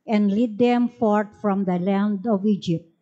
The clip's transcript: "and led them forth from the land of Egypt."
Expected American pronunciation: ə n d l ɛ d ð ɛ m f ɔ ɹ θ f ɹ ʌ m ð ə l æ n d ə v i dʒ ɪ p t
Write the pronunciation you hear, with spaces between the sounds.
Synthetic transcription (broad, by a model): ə n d l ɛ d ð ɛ m f ɔ ɹ t f ɹ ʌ m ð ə l æ n d ə v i dʒ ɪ p t